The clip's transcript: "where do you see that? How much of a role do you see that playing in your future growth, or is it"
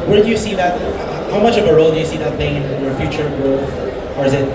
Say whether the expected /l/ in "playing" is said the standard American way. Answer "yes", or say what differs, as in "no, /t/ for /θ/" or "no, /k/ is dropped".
no, /l/ is dropped